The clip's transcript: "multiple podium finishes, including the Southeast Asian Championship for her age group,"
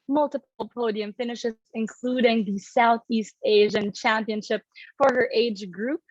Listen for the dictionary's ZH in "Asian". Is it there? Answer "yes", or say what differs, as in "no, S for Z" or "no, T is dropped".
yes